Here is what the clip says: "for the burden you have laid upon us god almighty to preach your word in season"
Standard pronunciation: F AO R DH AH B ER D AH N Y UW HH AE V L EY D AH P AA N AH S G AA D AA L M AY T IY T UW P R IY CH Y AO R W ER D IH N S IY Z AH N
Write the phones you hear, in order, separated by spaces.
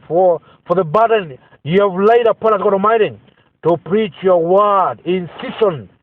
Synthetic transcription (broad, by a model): F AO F DH AH B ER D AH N Y UW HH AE V L EY D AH P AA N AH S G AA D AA M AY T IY T UW P R IY CH Y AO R W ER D IH N S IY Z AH N